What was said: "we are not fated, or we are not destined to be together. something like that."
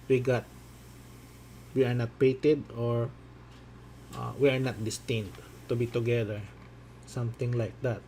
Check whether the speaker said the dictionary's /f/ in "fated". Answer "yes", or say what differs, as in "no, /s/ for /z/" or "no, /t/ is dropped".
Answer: no, /p/ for /f/